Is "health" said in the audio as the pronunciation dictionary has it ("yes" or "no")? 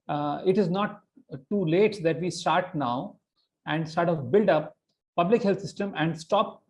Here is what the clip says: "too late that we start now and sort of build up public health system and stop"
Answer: no